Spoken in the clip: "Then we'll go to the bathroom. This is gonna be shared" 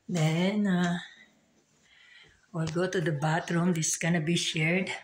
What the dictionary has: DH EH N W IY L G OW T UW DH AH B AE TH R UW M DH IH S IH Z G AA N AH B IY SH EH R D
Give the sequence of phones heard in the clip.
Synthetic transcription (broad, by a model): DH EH N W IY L G OW T UW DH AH B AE T R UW M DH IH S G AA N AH B IY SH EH R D